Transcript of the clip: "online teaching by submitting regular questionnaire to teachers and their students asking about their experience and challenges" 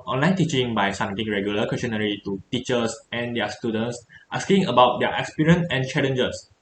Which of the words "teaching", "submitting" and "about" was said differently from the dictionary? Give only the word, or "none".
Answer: submitting